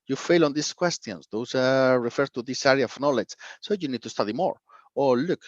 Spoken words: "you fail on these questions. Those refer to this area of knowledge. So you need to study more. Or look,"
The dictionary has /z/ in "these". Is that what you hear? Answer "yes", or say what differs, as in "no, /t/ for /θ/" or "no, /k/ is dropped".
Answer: no, /s/ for /z/